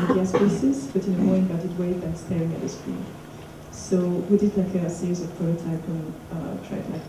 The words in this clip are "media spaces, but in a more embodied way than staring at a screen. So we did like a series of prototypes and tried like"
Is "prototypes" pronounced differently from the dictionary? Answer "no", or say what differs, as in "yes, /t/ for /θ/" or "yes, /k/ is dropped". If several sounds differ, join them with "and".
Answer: yes, /s/ is dropped